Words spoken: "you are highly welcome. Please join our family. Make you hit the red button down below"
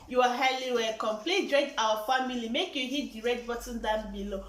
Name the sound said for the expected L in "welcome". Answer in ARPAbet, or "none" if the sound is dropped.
none